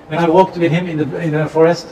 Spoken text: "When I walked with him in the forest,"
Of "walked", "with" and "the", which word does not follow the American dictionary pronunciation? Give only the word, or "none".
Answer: none